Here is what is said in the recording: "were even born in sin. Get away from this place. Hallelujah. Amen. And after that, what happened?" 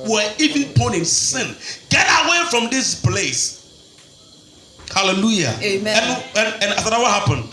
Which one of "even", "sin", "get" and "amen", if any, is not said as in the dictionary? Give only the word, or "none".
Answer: amen